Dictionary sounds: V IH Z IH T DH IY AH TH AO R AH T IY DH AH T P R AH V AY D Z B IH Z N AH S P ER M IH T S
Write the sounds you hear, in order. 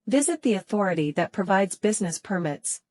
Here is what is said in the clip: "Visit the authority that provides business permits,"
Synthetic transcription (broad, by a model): V IH Z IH T DH IY AH TH AO R AH T IY DH AH T P R AH V AY D Z B IH Z N AH S P ER M IH T S